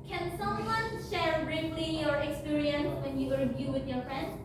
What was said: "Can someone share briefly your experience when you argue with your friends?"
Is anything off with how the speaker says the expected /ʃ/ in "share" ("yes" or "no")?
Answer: no